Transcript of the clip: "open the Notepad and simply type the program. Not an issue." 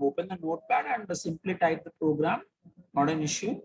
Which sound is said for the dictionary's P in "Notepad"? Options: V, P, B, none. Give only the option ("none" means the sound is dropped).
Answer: B